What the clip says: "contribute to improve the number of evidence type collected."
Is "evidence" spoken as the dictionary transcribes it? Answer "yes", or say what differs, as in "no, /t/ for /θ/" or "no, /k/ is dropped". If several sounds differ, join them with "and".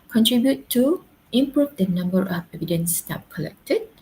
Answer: yes